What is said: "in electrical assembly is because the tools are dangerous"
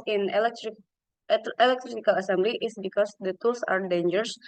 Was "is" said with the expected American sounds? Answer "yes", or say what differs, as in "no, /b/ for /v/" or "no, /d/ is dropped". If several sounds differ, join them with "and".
no, /s/ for /z/